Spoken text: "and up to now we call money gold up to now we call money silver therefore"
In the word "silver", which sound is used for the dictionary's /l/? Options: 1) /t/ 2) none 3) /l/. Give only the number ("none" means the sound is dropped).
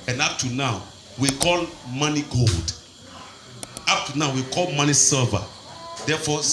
2